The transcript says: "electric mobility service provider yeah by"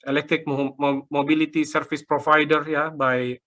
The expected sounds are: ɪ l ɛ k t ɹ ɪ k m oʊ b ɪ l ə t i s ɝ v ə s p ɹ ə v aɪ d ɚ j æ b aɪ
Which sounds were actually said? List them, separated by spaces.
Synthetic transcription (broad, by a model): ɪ l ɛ k t ɹ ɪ k m oʊ b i l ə t i s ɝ f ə s p ɹ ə f aɪ d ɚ j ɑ b aɪ